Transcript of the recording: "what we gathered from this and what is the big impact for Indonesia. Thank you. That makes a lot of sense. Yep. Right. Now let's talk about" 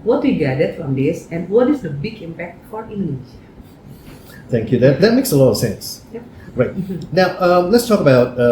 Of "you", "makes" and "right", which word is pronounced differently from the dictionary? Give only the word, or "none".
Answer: none